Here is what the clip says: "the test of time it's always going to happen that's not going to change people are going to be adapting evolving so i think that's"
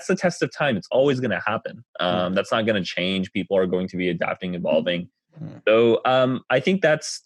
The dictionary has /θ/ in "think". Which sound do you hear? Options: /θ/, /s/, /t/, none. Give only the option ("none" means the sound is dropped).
/θ/